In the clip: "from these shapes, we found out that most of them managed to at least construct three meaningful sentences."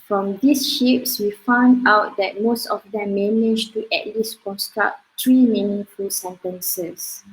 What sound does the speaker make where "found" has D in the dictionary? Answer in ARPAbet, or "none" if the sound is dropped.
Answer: D